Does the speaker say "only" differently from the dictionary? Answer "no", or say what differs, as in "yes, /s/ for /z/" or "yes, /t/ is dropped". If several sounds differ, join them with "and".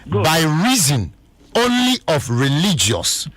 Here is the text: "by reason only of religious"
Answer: no